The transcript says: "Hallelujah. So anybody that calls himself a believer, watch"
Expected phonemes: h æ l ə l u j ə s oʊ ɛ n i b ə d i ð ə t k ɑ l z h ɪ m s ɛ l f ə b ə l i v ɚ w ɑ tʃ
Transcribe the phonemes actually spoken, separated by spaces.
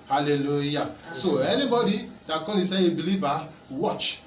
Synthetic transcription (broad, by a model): h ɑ l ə l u j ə s oʊ ɛ n i b ə d i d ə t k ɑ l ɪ s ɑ ə b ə l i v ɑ w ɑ tʃ